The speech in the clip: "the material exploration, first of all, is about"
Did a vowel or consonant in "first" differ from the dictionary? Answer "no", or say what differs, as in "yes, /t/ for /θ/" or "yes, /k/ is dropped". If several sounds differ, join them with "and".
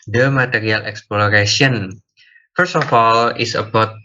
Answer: no